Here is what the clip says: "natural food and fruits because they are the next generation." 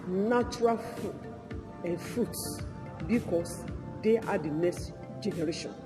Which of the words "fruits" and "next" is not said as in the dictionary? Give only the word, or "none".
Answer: none